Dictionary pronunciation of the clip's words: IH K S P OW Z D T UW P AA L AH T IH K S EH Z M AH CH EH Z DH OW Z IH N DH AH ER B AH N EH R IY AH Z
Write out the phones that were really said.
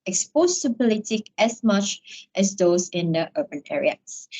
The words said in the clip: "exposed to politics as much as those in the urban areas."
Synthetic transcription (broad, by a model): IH K S P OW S T UW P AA L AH T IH K EH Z M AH CH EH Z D OW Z IH N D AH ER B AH N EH R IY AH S